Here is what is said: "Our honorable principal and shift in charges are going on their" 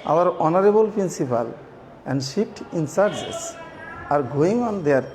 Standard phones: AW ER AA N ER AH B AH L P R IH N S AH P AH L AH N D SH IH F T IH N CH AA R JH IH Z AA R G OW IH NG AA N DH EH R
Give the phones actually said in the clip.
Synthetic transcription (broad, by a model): AW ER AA N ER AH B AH L P R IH N S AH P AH L AH N D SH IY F T IH N S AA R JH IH S AA R G OW IH NG AA N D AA R